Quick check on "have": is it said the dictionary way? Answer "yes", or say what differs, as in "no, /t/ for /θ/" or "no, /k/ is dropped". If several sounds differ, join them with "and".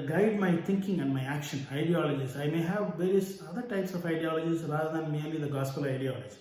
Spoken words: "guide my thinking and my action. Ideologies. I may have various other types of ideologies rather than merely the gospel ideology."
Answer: yes